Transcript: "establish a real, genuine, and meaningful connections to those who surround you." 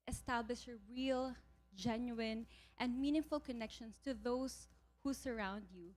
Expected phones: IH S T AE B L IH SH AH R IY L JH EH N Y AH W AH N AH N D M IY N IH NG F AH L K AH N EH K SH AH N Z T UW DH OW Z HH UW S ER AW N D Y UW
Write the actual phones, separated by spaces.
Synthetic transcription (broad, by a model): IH S T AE B L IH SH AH R IY L JH EH N Y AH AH N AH N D M IY N IH NG F AH L K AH N EH K SH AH N S T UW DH OW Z HH UW S ER AW N D Y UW